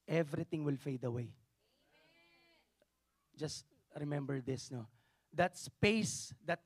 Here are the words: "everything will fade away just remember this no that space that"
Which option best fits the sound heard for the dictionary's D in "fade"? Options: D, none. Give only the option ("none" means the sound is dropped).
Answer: D